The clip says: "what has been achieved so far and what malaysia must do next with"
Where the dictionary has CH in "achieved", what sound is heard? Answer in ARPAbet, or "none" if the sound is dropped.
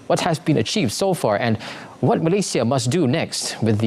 CH